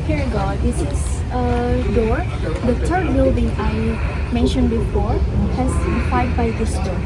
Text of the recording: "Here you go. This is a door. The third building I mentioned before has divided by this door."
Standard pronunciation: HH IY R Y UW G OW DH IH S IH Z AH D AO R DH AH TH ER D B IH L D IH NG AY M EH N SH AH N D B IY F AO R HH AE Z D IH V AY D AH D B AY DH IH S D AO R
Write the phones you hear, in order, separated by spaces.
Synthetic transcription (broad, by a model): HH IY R G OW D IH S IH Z AH D AO R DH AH T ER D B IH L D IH NG AY M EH N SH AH N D B IY F AO R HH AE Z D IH F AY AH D B AY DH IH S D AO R